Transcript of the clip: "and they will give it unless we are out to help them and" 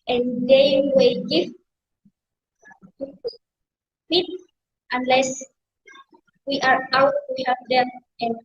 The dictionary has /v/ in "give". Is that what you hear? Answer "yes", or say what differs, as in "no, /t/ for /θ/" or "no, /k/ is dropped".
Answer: no, /p/ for /v/